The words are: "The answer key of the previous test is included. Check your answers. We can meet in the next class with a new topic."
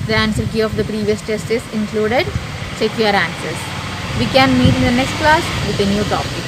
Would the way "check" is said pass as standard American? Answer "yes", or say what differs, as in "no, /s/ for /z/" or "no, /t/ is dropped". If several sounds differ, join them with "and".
no, /s/ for /tʃ/